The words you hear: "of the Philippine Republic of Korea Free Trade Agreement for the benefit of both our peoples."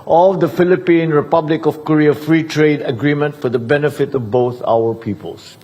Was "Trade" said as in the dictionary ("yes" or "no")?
yes